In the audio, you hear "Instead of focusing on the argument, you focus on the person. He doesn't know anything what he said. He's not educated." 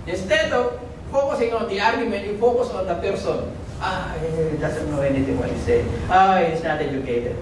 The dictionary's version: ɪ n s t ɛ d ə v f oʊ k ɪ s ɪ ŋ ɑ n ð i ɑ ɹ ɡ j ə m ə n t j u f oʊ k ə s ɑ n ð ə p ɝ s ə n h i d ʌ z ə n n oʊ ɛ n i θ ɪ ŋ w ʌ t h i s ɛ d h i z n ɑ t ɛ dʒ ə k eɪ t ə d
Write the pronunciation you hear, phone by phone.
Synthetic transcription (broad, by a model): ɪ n s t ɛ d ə f oʊ k ɪ s ɪ ŋ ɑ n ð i ɑ ɹ ɡ j ə m ə n t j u f oʊ k ə s ɑ n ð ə p ɝ s ə n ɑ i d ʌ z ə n n oʊ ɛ n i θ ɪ ŋ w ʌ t h i s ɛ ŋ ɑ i s n ɑ t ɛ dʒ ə k eɪ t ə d